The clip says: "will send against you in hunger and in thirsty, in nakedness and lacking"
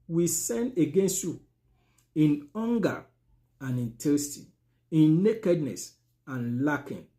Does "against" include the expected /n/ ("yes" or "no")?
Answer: yes